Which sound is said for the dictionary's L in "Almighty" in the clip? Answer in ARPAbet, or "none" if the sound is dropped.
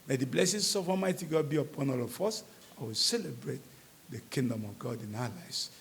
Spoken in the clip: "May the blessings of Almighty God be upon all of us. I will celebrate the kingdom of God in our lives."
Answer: none